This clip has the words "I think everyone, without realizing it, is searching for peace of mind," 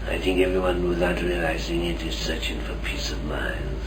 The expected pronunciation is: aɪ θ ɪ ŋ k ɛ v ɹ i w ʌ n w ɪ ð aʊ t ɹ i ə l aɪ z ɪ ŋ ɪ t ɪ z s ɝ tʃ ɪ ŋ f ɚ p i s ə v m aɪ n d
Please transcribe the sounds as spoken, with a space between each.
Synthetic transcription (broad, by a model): aɪ θ ɪ ŋ k ɛ v ɹ i w ʌ n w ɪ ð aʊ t ɹ i ə l aɪ z ɪ ŋ ɪ t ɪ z s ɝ tʃ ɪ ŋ f ɚ p i s ə v m aɪ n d